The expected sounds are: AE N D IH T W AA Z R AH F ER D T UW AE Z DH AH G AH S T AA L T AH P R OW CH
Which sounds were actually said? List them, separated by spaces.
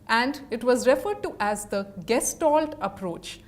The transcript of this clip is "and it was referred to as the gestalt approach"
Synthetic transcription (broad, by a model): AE N D IH T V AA Z R AH F ER D T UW AE Z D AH G AH S T AA L T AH P R OW CH